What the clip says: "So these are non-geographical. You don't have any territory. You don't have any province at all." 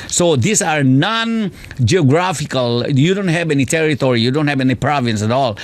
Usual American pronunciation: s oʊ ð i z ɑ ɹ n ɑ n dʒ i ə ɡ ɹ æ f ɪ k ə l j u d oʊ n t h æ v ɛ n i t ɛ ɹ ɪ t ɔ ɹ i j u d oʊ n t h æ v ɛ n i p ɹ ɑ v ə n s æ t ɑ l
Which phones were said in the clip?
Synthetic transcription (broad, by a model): s oʊ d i s ɑ ɹ n ɑ n dʒ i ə ɡ ɹ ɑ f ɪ k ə l j u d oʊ n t h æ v ɛ n i t ɛ ɹ ɪ t ɔ ɹ i j u d oʊ n t h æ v ɛ n i p ɹ ɑ v ə n s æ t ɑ l